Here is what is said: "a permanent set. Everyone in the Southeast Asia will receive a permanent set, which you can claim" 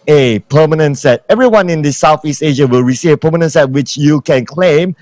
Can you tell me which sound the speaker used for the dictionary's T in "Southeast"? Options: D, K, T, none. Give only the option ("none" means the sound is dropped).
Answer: T